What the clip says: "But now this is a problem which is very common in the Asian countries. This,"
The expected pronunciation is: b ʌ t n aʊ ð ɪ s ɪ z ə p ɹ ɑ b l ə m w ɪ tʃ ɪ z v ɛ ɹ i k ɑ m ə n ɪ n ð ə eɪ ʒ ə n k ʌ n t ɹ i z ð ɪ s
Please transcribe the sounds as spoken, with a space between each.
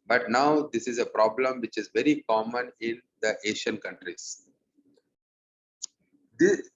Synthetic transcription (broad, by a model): b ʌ t n aʊ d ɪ s ɪ z ə p ɹ ɑ b l ə m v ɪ tʃ ɪ z v ɛ ɹ i k ɑ m ə n ɪ n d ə eɪ ʃ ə n k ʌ n t ɹ i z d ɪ